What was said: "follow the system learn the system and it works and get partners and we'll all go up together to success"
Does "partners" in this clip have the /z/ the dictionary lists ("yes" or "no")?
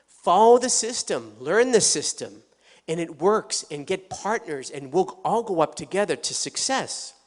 yes